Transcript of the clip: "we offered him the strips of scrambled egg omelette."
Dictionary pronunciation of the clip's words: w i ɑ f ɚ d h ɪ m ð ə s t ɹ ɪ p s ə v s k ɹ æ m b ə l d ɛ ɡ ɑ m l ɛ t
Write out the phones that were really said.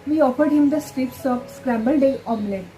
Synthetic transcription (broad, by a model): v i ɑ f ɚ d h ɪ m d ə s t ɹ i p s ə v s k ɹ æ m b ə l d ɛ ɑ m l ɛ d